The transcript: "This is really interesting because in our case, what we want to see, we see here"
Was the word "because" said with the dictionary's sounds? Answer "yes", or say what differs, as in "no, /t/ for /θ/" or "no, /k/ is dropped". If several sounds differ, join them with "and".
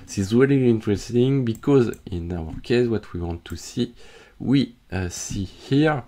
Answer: yes